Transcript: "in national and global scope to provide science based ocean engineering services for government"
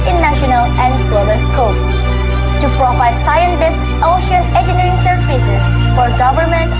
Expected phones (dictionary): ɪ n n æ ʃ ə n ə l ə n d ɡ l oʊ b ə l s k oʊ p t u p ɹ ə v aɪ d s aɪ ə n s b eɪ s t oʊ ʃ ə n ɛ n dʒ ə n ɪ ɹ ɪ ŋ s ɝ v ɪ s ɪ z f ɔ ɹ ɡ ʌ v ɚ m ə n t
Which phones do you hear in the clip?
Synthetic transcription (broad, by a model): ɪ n n æ ʃ ə n ə l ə n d ɡ l oʊ b ə l s k oʊ p t u p ɹ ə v aɪ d s aɪ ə n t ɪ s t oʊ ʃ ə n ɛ dʒ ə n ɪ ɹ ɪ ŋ s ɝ f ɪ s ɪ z f ɔ ɹ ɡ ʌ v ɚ m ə n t